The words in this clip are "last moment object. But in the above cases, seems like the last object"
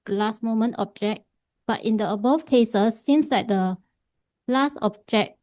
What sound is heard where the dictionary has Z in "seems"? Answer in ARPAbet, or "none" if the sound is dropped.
S